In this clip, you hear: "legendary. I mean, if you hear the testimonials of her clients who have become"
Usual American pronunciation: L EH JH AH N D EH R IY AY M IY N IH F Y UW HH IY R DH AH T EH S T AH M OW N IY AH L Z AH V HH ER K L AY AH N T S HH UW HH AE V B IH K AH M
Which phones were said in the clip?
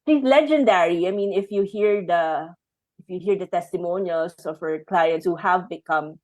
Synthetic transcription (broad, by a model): L EH JH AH N D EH R IY AY M IY N IH F Y UW HH IY R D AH T EH S T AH M OW N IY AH L S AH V HH ER K L AY AH N T S HH UW HH AE V B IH K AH M